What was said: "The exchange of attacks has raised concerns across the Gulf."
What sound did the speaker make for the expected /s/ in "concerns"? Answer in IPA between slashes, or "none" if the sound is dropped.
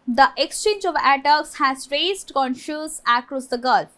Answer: /ʃ/